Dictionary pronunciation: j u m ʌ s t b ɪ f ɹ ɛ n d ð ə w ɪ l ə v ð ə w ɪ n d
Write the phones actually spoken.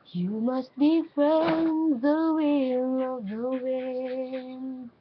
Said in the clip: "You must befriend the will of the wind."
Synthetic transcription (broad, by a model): j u m ʌ s t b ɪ f ɹ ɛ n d ð ə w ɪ n ə v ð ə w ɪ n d